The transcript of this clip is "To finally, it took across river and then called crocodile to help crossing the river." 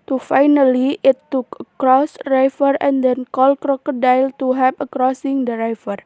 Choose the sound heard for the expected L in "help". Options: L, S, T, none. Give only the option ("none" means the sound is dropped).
none